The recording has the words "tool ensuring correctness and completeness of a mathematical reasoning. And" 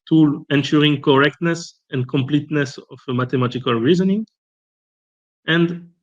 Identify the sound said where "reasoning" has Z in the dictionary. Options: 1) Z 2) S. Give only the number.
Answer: 1